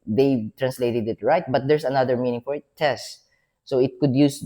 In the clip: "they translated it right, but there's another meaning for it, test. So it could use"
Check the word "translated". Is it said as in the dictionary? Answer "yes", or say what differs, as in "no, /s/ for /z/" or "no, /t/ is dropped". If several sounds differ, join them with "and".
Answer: yes